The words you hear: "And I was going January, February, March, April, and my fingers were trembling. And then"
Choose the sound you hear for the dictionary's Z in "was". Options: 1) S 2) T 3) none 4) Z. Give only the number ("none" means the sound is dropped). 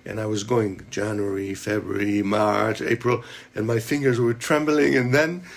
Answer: 4